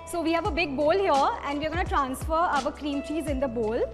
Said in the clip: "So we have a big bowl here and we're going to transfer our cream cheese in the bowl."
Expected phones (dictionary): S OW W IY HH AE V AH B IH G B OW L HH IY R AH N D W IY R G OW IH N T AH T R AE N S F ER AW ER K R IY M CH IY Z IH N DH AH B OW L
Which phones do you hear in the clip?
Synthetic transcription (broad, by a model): S OW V IY HH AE V AH B IH G B OW L HH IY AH AH N D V IY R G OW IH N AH T R AE N S F ER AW ER K R IY M CH IY Z IH N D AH B OW L